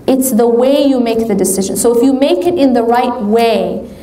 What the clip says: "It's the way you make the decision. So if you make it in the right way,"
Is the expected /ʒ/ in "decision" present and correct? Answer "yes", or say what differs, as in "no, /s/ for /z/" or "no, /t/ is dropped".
yes